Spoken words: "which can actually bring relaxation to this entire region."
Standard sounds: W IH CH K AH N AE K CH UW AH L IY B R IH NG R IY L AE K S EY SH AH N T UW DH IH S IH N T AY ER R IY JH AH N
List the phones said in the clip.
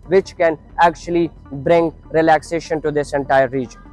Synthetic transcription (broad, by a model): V IH CH K AH N AE K CH UW AH L IY B R IH NG R IY L AE K S EY SH AH N T UW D IH S IH N T AY ER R IY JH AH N